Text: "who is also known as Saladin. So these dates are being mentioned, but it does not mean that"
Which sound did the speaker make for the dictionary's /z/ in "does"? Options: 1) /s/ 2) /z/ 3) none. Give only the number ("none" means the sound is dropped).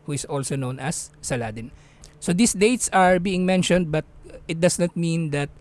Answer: 1